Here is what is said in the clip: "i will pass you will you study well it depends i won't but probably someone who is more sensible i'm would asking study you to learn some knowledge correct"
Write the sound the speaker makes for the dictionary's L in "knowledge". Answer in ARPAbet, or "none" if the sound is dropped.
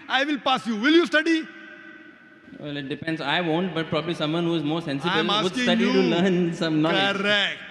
none